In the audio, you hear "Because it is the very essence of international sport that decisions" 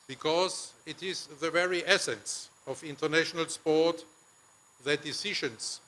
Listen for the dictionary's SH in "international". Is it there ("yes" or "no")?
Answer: yes